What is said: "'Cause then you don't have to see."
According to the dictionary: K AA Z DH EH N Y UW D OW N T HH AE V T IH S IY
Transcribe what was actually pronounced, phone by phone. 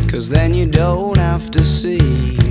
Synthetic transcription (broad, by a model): K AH Z DH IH N Y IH D OW N T HH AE F T IH S IY